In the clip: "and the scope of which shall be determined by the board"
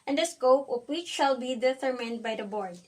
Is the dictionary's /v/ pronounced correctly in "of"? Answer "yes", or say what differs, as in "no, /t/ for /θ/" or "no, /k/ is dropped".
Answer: no, /p/ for /v/